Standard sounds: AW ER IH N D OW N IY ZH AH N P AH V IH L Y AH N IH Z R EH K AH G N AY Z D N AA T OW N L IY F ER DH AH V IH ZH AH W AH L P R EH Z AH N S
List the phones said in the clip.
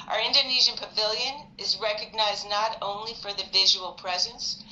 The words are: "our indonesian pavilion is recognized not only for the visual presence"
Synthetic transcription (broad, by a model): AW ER IH N D OW N IY ZH AH N P AH V IH L Y AH N IH Z R EH K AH G N AY Z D N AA T OW N L IY F ER DH AH V IH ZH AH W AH L P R EH Z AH N S